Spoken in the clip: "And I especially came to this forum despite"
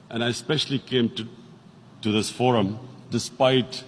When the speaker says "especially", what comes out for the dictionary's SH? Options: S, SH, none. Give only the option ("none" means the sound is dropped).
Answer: SH